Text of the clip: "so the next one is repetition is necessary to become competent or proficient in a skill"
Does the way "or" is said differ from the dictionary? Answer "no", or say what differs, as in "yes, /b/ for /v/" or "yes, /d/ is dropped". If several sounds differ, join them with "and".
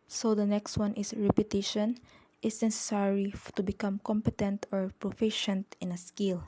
no